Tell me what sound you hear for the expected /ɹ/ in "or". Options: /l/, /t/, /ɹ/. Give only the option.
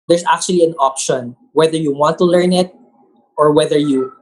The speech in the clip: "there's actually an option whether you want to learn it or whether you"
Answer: /ɹ/